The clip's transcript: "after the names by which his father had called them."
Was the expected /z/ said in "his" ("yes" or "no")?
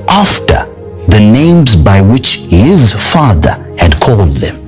yes